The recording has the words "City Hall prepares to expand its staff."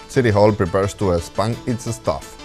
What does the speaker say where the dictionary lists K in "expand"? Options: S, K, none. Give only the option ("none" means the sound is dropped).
none